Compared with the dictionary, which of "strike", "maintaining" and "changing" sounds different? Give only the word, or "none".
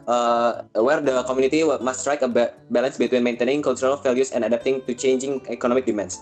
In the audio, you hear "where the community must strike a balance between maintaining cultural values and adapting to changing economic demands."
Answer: none